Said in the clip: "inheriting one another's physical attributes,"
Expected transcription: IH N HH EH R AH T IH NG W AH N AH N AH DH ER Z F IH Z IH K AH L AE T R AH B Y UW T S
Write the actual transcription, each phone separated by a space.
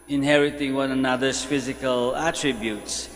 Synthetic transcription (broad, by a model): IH N HH EH R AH T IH NG W AH N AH N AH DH ER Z F IH Z IH K AH L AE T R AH B Y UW T S